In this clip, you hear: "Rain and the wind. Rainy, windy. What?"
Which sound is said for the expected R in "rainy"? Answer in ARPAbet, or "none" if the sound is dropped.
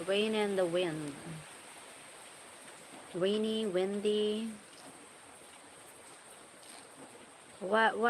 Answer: W